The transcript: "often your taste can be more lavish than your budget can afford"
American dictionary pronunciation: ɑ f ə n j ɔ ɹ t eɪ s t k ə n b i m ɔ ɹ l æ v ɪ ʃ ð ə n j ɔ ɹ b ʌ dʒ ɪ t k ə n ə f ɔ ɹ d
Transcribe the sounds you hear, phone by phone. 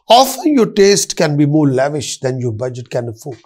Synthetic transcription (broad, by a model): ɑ f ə n j ɔ ɹ t eɪ s t k ə n b i m ɔ ɹ l æ v ɪ ʃ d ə n j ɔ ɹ b ʌ dʒ ɪ t k ə n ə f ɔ